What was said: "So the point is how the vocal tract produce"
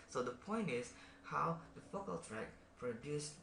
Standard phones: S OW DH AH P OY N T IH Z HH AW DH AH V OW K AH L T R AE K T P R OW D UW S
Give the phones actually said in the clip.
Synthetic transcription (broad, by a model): S OW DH AH P OY N T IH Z HH AW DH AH F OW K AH L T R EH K P R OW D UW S